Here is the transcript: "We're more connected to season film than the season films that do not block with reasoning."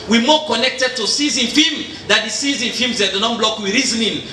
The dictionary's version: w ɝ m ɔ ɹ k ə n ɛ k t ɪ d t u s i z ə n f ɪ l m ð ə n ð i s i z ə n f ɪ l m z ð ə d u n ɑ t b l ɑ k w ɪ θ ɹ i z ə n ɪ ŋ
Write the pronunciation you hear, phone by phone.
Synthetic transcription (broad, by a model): w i m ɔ k ə n ɛ k t ɪ d t u s i z ə n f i m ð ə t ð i s i z ə n f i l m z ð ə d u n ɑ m b l ɑ k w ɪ ɹ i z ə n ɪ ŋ